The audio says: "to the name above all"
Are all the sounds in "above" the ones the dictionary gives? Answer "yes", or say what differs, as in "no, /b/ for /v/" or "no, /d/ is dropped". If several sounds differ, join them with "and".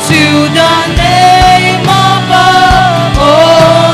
no, /v/ is dropped